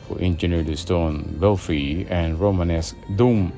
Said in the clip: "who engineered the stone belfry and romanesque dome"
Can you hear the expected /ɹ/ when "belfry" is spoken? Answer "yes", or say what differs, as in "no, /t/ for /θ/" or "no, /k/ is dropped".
no, /ɹ/ is dropped